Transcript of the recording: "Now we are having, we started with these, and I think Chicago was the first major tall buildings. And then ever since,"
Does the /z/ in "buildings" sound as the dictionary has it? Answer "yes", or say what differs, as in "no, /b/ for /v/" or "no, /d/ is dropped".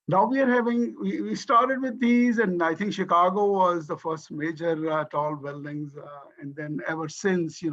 yes